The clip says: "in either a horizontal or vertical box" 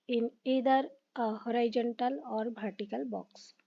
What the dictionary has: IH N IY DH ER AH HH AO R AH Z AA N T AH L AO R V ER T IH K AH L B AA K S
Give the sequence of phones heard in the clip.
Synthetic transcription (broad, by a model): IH N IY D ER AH HH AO R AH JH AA N T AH L AO R B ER T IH K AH L B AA K S